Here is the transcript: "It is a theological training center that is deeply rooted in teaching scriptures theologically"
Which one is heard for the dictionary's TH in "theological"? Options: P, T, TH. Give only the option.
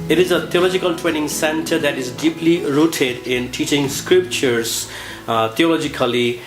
T